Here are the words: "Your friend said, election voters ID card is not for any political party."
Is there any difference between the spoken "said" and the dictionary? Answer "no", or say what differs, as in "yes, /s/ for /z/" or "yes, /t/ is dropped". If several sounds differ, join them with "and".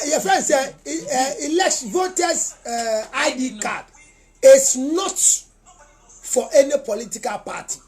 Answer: yes, /d/ is dropped